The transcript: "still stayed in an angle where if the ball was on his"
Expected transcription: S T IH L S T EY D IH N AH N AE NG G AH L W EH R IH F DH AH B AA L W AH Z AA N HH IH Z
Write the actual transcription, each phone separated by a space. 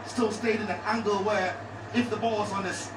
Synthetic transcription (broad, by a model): S T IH L S T EY D IH N AH N AE NG G AH L W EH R IH F DH AH B AA L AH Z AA N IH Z